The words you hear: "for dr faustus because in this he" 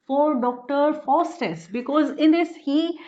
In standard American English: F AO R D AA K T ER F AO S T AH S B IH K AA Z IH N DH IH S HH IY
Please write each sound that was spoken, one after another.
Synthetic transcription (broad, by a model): F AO R D AA K T ER F AO S T AH S B IH K AA Z IH N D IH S HH IY